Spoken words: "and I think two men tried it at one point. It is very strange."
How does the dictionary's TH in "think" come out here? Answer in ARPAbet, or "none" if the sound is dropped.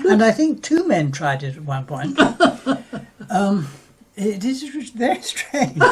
TH